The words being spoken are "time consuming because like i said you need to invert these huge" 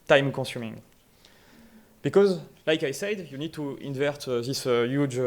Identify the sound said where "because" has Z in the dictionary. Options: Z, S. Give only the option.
Z